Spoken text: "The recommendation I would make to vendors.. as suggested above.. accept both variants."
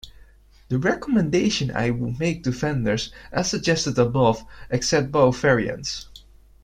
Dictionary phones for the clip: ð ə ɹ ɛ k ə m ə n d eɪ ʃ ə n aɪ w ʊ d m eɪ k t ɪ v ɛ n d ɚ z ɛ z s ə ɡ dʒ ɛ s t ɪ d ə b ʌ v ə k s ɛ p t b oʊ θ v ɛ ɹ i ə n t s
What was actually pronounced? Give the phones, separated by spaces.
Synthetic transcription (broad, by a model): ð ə ɹ ɛ k ə m ə n d eɪ ʃ ə n aɪ w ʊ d m eɪ k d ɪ f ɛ n d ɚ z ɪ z s ə ɡ dʒ ɛ s t ɪ d ə b ʌ v ə k s ɛ p t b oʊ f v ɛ ɹ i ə n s